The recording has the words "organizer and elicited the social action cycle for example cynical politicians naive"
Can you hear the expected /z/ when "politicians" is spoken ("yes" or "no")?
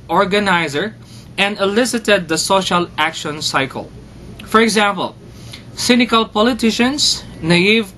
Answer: no